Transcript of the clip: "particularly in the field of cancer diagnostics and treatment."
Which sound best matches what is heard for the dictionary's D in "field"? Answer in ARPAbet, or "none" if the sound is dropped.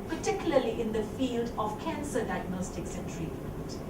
D